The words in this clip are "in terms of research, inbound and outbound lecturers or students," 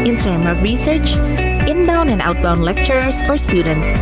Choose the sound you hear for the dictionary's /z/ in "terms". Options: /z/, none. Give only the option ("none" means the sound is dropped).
none